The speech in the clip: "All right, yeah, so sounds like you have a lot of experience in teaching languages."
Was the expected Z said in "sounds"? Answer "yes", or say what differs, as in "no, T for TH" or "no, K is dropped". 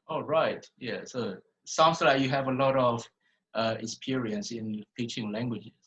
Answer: no, S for Z